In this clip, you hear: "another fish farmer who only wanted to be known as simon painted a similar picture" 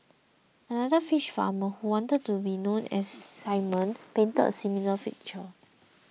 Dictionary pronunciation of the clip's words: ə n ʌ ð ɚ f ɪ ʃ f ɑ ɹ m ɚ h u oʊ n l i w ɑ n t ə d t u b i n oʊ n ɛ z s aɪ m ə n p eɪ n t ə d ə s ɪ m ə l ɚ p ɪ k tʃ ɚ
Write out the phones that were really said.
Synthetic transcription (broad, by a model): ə n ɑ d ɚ f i ʃ f ɑ m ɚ h u w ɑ n t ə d t u b i n oʊ n ɛ s aɪ m ə n p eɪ n t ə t ə s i m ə l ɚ f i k tʃ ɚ